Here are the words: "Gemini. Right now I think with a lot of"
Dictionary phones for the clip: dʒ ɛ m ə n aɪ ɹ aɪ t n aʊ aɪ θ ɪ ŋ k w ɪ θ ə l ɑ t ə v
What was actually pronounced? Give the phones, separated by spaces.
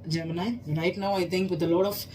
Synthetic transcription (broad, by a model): dʒ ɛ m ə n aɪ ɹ aɪ t n aʊ aɪ t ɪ ŋ k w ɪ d ə l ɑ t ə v